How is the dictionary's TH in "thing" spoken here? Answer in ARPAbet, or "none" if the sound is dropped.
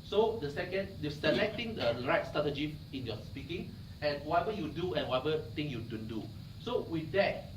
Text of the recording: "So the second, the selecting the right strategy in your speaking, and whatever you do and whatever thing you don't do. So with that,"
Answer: T